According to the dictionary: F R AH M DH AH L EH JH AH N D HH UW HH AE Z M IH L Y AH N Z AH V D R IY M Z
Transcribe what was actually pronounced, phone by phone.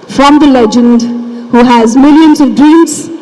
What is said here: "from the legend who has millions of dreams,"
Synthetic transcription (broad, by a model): F R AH M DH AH L EH JH AH N D HH UW HH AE Z M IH L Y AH N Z AH V D R IY M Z